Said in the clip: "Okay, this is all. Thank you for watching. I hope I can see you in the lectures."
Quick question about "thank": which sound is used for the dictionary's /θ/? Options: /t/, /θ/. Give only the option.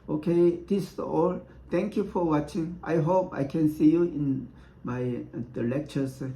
/t/